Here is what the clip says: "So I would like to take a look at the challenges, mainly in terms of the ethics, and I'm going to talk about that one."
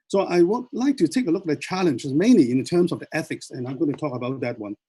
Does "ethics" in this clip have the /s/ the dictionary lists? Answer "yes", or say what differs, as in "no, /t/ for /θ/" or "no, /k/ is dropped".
yes